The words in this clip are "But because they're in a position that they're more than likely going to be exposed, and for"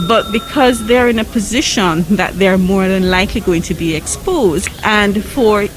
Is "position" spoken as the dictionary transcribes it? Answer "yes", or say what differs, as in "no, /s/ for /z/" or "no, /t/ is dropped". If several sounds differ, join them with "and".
yes